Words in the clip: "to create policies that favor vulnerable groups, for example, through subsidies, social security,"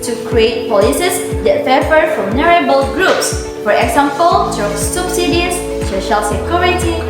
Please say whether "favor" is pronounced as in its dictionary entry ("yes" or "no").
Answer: no